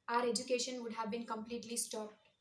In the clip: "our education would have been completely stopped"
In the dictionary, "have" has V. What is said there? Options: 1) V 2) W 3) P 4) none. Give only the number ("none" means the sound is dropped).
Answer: 1